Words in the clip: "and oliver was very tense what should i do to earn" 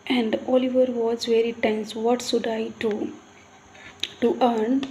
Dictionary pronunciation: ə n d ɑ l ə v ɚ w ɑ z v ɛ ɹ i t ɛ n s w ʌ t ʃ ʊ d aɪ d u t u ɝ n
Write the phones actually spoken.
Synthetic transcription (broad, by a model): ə n d ɑ l ə v ɚ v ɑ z v ɛ ɹ i t ɛ n s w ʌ t s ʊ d aɪ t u t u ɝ n